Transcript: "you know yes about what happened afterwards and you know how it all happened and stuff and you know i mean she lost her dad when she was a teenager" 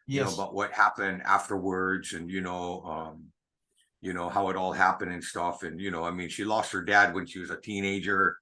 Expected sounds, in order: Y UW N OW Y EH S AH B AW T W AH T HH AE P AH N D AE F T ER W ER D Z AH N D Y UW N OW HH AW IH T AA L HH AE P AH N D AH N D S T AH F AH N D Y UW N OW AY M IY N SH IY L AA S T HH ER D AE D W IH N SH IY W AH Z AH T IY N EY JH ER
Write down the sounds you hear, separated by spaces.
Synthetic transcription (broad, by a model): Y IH N OW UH AH B AW T W AH T HH AE P AH N D AE F T ER W ER D Z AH N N Y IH N OW HH AW IH T AA L HH AE P AH N D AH N S T AH F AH N Y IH N OW AY M IY N SH IY L AA S T HH ER D AE D W IH N SH IY W AH Z AH T IY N EY JH ER